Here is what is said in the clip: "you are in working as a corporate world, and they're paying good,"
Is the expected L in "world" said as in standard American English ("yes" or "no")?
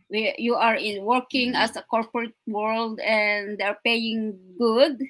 yes